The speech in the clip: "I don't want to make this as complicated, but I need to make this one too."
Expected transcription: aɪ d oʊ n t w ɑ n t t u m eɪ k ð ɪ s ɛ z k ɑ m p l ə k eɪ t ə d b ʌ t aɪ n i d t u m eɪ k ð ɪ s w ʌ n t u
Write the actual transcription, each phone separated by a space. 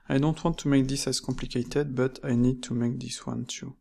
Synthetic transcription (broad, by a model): aɪ d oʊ n t w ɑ n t t u m eɪ k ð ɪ s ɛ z k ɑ p l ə k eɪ t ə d b ʌ t aɪ n i d t u m eɪ k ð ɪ s w ʌ n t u